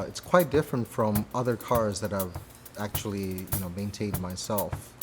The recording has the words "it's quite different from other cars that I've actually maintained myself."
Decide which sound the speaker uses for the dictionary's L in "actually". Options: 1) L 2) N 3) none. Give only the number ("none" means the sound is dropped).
2